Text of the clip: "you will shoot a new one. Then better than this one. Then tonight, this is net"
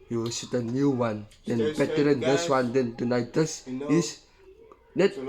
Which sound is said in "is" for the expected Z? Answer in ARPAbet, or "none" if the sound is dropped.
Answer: S